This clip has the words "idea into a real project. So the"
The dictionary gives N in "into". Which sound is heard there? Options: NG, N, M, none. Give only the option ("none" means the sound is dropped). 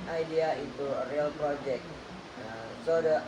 none